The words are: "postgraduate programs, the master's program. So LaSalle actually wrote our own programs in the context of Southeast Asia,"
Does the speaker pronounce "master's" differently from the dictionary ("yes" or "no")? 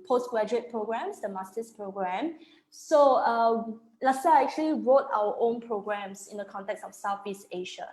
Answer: yes